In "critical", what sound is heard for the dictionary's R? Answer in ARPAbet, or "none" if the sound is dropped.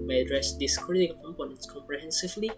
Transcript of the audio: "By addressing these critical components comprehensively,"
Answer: none